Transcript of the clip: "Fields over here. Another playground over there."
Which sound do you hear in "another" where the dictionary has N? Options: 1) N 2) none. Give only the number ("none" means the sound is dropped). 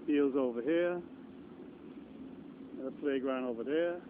2